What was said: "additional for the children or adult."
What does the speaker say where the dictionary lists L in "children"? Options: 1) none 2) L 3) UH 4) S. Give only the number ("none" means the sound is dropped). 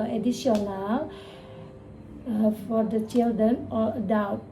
2